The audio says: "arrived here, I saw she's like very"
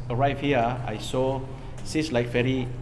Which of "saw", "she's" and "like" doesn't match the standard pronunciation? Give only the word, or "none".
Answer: she's